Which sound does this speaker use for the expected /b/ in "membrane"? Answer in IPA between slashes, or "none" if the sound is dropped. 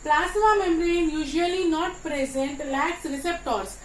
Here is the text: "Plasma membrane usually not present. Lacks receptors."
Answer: none